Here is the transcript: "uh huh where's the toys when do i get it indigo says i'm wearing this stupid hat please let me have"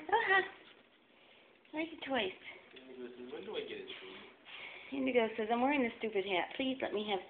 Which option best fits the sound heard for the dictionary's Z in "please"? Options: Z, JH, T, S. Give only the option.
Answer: Z